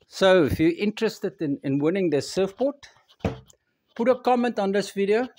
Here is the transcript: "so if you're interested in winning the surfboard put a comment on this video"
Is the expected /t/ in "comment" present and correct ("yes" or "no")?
yes